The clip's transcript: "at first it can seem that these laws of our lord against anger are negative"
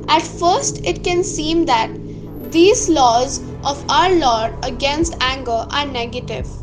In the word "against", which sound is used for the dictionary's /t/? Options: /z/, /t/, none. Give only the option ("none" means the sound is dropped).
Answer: /t/